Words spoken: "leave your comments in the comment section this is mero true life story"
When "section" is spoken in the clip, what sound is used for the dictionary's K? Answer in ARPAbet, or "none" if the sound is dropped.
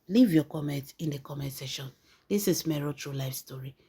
none